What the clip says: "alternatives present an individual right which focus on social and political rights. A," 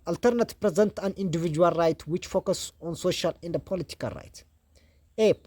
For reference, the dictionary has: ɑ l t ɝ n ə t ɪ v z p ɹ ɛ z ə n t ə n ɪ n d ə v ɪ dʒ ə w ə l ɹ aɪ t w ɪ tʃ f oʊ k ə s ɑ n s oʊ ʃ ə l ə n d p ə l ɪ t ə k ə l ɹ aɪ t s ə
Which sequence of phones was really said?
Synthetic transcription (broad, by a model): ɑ l t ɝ n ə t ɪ p ɹ ɛ z ə n t ə n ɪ n d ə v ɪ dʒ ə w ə l ɹ aɪ t w ɪ tʃ f oʊ k ə s ɑ n s oʊ ʃ ə l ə n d p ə l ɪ t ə k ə l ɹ aɪ t ə